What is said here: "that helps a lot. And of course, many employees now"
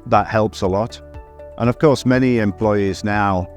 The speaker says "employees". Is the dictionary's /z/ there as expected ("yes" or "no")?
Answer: yes